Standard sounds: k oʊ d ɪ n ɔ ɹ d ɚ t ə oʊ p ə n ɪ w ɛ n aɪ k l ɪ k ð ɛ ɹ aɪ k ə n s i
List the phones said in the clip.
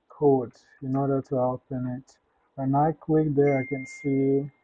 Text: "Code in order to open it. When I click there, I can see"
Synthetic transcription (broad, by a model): k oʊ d ɪ n ɔ ɹ d ɚ t ə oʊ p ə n ɪ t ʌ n aɪ k w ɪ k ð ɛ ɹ aɪ k ə n s i